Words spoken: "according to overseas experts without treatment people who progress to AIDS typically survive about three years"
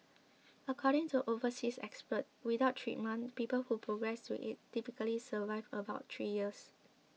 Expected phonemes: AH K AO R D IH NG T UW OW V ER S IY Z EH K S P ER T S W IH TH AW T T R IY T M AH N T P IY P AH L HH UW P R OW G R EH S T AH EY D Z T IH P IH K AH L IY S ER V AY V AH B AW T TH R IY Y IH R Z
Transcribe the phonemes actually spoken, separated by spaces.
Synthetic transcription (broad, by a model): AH K AO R D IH NG T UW OW V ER S IY S EH K S P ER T W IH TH AW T T R IY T M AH N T P IY P AH L HH UW P R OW G R EH S T AH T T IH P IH K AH L IY S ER V AY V AH B AW T T R IY Y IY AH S